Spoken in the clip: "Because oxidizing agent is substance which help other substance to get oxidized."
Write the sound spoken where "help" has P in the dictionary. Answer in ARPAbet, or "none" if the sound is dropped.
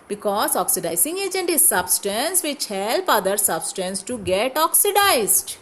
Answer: P